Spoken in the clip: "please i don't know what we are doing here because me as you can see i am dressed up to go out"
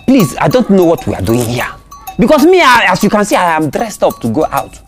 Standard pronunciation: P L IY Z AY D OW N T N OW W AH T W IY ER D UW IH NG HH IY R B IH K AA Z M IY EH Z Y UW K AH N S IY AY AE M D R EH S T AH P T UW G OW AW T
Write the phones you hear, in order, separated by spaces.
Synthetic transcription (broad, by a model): P L IY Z AY D OW N T N OW W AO T W IY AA D UW IH NG HH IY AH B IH K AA S M IY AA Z Y UW K AH N S IY AY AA M D R EH S T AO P T UW G OW AW T